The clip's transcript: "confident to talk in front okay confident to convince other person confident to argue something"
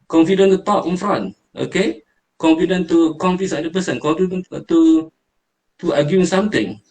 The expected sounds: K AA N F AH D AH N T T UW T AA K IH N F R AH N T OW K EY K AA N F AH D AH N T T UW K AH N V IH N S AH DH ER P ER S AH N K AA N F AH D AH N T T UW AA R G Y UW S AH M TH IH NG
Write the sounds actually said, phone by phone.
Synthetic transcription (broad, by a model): K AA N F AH D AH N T T UW T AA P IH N F R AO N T OW K EY K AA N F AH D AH N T T UW K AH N F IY S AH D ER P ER S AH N K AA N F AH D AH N T T UW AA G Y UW S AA M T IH NG